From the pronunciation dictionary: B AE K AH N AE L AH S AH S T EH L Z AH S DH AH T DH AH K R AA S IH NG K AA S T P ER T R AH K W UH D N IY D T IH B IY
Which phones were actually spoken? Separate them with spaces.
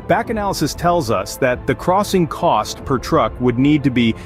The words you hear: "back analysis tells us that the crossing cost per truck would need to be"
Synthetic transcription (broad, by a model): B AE K AH N AE L AH S AH S T EH L Z AH S DH AH T DH AH K R AA S IH NG K AA S T P ER T R AH K W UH D N IY D T IH B IY